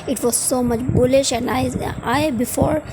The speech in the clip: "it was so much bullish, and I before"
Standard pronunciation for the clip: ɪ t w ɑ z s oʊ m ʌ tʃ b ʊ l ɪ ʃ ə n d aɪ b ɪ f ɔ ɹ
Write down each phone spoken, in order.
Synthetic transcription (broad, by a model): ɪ t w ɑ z s oʊ m ʌ tʃ b ʊ l ɪ ʃ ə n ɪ aɪ b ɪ f ɔ ɹ